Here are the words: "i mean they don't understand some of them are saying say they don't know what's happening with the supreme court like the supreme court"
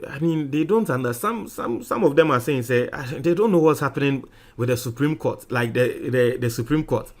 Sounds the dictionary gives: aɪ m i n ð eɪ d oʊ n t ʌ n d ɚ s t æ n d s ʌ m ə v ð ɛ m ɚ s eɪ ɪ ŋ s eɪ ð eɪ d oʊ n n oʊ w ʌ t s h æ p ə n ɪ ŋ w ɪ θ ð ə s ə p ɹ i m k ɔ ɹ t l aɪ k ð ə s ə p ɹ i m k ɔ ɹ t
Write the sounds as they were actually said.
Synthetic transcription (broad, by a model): aɪ m i n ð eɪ d oʊ n t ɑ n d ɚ s s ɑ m s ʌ m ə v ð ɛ m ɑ s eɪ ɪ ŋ s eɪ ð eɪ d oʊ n n oʊ w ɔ t s h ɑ p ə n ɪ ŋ w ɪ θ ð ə s ə p ɹ i m k ɔ t l aɪ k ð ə s ə p ɹ i m k ɔ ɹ t